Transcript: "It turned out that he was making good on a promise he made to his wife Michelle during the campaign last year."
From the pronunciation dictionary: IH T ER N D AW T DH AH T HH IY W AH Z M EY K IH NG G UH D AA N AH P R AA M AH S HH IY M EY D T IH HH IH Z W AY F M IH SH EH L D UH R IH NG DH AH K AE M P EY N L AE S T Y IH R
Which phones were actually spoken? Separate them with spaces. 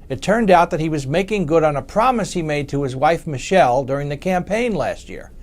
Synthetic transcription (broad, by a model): IH T ER N D AW T DH AH T HH IY W AH Z M EY K IH NG G UH D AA N AH P R AA M AH S HH IY M EY D T IH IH Z W AY F M IH SH EH L D UH R IH NG DH AH K AE M P EY N L AE S T Y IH R